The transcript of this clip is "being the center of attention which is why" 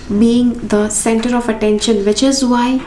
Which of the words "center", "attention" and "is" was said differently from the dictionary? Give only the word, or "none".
none